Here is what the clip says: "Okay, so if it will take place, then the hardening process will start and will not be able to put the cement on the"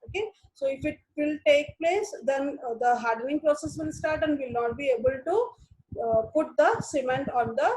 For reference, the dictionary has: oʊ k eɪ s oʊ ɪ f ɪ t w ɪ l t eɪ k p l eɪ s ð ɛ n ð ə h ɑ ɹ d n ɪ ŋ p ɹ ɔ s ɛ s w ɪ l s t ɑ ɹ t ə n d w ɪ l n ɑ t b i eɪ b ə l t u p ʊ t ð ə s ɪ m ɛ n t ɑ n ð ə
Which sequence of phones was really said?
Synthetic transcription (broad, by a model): oʊ k eɪ s oʊ ɪ f ɪ t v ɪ l t eɪ k p l eɪ s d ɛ n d ə h ɑ ɹ d n ɪ ŋ p ɹ ɔ s ɛ s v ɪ l s t ɑ ɹ t ə n d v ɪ l n ɑ t b i eɪ b ə l t u p ʊ t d ə s ɪ m ɛ n t ɑ n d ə